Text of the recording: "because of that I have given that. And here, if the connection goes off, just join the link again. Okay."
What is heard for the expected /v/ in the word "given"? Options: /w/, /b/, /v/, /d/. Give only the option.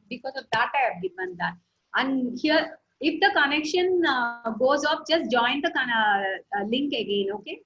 /b/